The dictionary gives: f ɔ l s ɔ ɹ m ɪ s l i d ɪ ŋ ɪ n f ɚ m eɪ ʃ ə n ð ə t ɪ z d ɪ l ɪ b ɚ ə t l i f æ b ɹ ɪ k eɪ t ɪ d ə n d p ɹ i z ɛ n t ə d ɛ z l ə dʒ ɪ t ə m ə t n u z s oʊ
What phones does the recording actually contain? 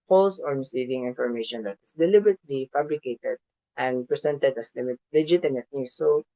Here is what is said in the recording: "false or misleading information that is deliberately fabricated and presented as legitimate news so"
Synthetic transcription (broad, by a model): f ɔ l s ɔ ɹ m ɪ s i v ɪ ŋ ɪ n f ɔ m eɪ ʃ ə n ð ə t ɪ s d ɪ l ɪ b ɚ ə t l i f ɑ b ɹ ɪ k eɪ t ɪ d ə n d p ɹ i s ɛ n t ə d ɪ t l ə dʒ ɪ t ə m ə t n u s oʊ